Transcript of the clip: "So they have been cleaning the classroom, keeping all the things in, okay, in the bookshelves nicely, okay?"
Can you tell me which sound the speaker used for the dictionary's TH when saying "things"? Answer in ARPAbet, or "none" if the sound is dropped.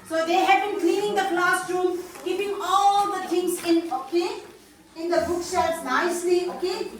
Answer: T